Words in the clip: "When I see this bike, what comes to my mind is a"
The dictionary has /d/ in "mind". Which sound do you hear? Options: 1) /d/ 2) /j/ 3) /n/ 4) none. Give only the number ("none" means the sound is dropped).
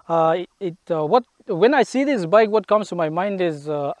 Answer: 1